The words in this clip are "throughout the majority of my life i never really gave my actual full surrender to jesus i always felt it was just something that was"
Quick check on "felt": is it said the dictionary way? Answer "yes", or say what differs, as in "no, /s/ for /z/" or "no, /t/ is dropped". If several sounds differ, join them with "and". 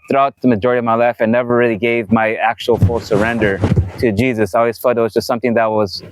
no, /l/ is dropped